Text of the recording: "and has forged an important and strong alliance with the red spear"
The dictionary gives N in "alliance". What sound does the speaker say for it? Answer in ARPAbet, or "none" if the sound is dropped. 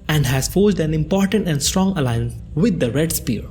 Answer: N